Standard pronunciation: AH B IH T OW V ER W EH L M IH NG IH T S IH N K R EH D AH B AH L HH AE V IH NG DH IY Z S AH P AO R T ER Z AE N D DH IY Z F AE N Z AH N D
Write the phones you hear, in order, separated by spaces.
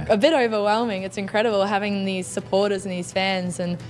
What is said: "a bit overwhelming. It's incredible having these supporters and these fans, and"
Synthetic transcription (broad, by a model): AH B IH T OW V ER W EH L M IH NG IH T S IH N K R EH D AH B AH L HH AE V IH NG DH IY Z S AH P AO R T ER Z N DH IY Z F AE N Z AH N